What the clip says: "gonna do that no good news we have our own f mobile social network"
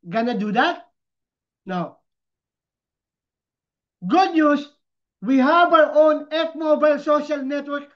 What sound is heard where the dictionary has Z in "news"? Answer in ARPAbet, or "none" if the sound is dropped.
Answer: S